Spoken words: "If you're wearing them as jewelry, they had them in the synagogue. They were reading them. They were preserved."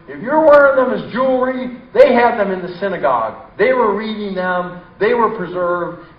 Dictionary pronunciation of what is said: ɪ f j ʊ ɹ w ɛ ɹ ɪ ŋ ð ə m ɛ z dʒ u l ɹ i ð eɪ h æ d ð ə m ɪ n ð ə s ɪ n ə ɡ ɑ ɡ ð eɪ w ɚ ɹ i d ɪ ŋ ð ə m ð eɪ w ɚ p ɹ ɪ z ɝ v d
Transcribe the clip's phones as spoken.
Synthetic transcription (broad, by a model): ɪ f j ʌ ɹ w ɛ ɹ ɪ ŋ ð ə m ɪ z dʒ u l ɹ i ð eɪ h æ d ð ə m ɪ n ð ə s ɪ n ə ɡ ɑ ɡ ð eɪ w ɚ ɹ i d ɪ ŋ ð ə m ð eɪ w ɚ p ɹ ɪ z ɝ v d